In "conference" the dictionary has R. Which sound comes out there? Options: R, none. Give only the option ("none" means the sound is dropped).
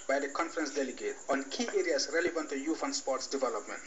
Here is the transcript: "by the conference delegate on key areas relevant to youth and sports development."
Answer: R